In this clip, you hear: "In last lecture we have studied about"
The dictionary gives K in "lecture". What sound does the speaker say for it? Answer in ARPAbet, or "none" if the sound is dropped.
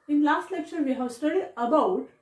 K